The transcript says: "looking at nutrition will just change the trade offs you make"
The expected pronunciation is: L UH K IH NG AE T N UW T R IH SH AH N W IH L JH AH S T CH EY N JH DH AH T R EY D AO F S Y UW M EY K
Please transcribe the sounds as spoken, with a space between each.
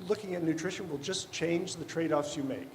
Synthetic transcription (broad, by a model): L UH K IH NG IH T N UW T R IH SH AH N W IH L JH AH S CH EY N JH DH AH T R EY D AO F S Y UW M EY K